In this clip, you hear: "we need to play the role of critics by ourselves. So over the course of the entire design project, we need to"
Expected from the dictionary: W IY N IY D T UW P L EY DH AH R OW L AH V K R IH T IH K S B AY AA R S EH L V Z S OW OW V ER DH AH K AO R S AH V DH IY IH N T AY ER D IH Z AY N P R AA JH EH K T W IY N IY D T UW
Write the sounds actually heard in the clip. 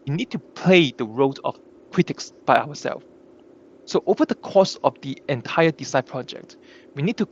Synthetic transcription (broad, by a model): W IY N IY D T UW P L EY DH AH R OW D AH F K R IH T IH K S B AY AA W S EH L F S OW OW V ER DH AH K AO S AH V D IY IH N T AY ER D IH S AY P R AA JH EH K T W IY N IY D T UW